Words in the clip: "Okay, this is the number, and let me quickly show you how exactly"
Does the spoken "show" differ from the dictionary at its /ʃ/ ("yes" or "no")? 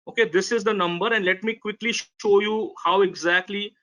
no